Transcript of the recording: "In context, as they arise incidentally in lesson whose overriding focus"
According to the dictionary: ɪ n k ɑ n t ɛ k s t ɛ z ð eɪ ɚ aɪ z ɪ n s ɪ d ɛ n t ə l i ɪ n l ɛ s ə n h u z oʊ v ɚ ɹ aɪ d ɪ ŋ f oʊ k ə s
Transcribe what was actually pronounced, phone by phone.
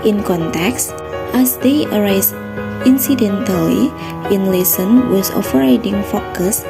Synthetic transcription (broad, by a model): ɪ n k ɑ n t ɛ k s t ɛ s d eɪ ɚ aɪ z ɪ n s ɪ d ɛ n t ə l i ɪ n l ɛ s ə n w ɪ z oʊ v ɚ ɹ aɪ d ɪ ŋ f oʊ k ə s